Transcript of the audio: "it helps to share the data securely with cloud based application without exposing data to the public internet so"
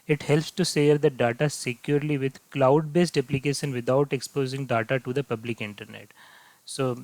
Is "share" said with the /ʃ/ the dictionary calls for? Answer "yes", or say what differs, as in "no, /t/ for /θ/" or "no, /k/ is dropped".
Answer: no, /s/ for /ʃ/